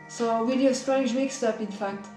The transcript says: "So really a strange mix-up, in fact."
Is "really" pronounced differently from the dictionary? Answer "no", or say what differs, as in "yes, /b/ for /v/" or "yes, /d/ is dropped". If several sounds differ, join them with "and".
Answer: yes, /w/ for /ɹ/